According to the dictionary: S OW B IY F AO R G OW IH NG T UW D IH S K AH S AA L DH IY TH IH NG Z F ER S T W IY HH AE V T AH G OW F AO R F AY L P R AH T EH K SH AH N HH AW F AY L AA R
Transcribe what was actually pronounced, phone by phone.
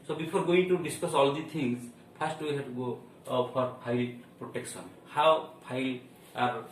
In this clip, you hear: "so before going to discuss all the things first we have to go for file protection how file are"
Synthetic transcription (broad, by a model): S OW B IY P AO R G OW IH NG T UW D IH S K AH S AA L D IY T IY NG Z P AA S T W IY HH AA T G OW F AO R P AY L P R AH T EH K S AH N HH AW P AY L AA R